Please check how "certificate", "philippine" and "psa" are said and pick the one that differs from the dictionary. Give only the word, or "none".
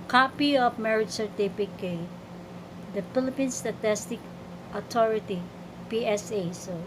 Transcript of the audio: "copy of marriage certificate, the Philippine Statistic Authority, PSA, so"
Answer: certificate